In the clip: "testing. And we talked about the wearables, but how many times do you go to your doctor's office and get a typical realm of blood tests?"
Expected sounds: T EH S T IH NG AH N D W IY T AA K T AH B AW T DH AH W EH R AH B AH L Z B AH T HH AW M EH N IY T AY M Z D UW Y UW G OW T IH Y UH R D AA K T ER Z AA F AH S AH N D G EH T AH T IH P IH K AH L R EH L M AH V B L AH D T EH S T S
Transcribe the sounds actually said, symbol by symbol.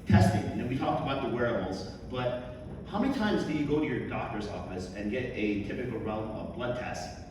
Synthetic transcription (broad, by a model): T EH S T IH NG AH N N W IY T AA K T AH B AW T DH AH W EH R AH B L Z B AH T HH AW M EH N IY T AY M Z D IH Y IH G OW T IH Y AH R D AA K T ER Z AA F AH S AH N G EH T AH T IH P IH K L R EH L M AH V B L AH D T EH S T